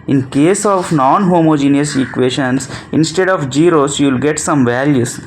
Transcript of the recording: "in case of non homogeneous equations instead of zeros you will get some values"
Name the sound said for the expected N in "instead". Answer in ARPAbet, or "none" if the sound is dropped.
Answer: N